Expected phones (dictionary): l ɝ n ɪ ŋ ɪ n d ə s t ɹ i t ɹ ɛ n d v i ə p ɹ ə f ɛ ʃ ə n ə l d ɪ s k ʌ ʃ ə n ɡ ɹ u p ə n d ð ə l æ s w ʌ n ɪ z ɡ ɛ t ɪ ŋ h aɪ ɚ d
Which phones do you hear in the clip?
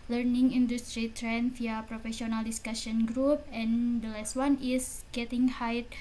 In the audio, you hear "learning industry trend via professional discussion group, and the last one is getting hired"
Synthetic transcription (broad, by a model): l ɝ n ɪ ŋ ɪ n d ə s t ɹ i t ɹ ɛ n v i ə p ɹ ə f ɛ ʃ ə n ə l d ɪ s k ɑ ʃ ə n ɡ ɹ u p ə n d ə l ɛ s w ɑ n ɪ s ɡ ɛ t ɪ ŋ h aɪ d